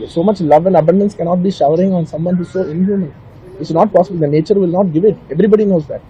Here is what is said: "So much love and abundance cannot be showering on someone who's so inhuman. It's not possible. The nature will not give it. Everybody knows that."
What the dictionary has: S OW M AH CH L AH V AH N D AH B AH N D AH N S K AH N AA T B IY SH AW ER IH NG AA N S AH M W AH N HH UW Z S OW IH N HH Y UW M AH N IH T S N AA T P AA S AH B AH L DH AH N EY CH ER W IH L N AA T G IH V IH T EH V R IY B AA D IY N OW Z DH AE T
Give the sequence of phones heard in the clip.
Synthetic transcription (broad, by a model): S OW M AH CH L AH V AH N D AH B AH N D AH N S K AH N AA T B IY SH AW ER IH NG AA N S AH M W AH N HH UW Z S OW IH N HH Y UW M AH N IH T S N AA T P AA S AH B AH L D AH N EY CH ER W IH L N AA T G IH V IH T EH V R IY B AA D IY N OW Z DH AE T